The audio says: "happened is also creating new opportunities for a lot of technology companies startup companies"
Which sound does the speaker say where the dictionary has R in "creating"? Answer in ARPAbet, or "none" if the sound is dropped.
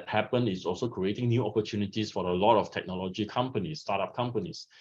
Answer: R